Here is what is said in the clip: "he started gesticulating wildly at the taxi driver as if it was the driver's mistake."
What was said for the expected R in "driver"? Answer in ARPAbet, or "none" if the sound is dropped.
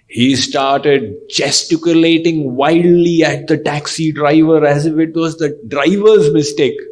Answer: R